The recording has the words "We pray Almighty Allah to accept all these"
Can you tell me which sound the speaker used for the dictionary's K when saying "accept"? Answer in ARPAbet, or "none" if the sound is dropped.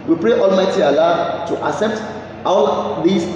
none